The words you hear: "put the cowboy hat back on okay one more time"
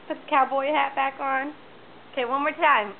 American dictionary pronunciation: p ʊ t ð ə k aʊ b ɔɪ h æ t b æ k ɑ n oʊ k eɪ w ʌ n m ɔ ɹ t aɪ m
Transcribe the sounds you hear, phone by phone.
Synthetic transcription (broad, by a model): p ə k aʊ b ɔɪ h æ t b æ k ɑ n oʊ k eɪ w ʌ n m ɔ ɹ t aɪ m